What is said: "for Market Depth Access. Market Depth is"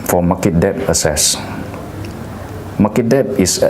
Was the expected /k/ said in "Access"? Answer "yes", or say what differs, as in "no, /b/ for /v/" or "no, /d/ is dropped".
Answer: no, /k/ is dropped